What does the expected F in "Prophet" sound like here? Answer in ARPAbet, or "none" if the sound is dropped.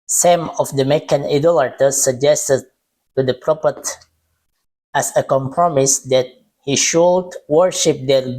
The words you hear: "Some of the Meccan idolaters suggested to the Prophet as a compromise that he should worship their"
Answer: P